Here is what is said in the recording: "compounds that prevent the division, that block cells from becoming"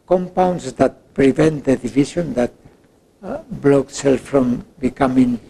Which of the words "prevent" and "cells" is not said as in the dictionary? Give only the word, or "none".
cells